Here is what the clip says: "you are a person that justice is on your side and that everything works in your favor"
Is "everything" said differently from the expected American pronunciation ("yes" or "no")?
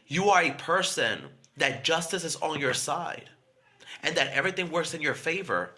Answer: no